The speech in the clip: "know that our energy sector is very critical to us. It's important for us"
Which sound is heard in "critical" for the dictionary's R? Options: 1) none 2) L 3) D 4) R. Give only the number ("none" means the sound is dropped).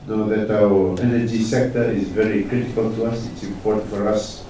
4